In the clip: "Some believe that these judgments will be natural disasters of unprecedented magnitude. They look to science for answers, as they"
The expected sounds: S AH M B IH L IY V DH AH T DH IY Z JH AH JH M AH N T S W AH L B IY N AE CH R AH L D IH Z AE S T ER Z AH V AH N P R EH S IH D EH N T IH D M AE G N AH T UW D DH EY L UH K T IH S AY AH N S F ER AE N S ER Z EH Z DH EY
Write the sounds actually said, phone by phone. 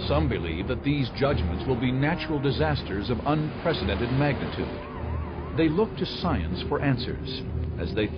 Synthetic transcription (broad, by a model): S AH M B IH L IY V DH AH T DH IY Z JH AH JH M AH N T S W AH L B IY N AE CH R L D IH Z AE S T ER Z AH V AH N P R EH S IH D EH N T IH D M AE G N AH T UW D DH EY L UH K T IH S AY AH N S F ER AE N S ER Z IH Z DH EY